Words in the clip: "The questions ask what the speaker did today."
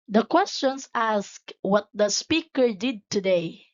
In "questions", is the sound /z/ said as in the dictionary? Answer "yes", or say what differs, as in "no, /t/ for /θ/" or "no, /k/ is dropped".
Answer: no, /s/ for /z/